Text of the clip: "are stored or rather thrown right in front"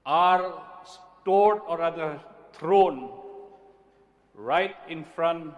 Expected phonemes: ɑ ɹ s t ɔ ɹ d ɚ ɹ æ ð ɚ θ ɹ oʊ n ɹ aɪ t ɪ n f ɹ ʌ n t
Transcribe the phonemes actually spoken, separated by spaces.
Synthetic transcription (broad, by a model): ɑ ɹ s t ɔ ɹ d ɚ ɹ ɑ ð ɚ t ɹ oʊ n ɹ aɪ t ɪ n f ɹ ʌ n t